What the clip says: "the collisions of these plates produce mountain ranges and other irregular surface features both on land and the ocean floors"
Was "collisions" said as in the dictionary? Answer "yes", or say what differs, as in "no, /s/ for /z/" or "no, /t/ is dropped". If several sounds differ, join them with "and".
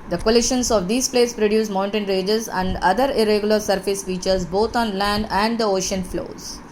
no, /ʃ/ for /ʒ/